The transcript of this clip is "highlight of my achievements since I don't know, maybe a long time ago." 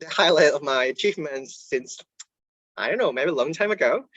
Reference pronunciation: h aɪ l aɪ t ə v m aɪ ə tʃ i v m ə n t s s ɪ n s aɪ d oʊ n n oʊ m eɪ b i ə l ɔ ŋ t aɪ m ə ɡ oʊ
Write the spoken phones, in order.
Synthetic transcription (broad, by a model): h aɪ l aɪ t ə v m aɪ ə tʃ i f m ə n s s ɪ n s aɪ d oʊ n n oʊ m eɪ b i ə l ɔ ŋ t aɪ m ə ɡ oʊ